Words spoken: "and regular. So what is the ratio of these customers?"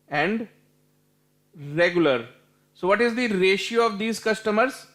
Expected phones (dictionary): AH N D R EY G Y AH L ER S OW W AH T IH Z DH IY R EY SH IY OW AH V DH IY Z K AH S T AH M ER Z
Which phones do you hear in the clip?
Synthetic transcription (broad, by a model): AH N D R EY G Y AH L ER S OW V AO T IH Z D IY R EY SH IY OW AH V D IY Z K AH S T AH M ER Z